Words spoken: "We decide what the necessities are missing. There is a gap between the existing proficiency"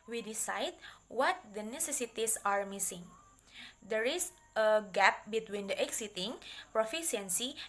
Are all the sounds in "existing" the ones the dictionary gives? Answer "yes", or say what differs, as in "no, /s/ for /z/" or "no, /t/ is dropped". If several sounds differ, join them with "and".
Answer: no, /s/ is dropped